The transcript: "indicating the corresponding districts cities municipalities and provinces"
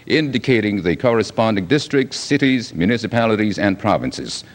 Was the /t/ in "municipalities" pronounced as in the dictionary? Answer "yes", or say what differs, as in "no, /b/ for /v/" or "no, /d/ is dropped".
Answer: yes